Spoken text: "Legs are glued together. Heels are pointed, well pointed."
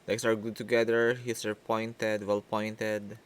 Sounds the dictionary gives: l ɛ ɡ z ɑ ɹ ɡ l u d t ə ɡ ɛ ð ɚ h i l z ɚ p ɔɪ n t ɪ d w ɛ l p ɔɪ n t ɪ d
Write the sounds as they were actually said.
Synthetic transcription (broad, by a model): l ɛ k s ɑ ɹ ɡ u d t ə ɡ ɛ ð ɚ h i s ɚ p ɔɪ n t ɪ d w ɛ l p ɔɪ n t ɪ d